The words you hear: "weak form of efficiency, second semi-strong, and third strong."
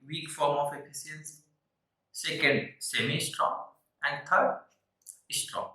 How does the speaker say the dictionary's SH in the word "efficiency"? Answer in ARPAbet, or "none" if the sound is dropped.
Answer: S